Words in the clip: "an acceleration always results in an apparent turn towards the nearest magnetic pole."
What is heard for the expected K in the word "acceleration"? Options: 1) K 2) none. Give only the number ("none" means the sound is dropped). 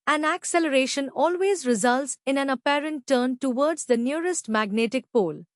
1